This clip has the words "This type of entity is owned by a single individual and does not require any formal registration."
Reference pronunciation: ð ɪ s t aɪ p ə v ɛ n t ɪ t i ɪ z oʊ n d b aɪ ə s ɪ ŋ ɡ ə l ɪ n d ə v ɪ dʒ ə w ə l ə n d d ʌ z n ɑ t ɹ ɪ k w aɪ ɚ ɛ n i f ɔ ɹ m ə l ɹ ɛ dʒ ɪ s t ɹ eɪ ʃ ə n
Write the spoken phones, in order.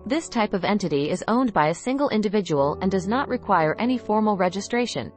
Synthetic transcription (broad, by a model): ð ɪ s t aɪ p ə v ɛ n t ɪ t i ɪ z oʊ n b aɪ ə s ɪ ŋ ɡ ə l ɪ n d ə v ɪ dʒ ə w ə l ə n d d ʌ z n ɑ t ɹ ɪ k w aɪ ɚ ɛ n i f ɔ ɹ m l ɹ ɛ dʒ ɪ s t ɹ eɪ ʃ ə n